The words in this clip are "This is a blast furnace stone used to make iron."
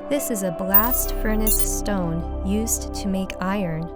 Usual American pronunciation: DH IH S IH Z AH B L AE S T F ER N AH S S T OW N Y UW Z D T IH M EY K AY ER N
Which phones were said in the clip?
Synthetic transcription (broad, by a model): DH IH S IH Z AH B L AE S T F ER N AH S S T OW N Y UW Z T IH M EY K AY ER N